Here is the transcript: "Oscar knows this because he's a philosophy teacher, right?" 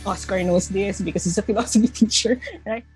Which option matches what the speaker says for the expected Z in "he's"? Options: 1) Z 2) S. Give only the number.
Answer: 2